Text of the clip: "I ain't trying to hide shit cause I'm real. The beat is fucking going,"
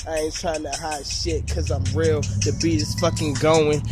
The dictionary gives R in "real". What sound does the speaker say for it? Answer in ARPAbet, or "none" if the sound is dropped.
R